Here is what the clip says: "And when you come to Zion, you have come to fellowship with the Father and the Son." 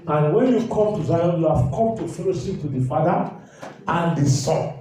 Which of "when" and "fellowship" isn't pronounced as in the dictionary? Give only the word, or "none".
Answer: fellowship